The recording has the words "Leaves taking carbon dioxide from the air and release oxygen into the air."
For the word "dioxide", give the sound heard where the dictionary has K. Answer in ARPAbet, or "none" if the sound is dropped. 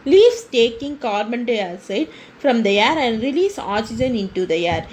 none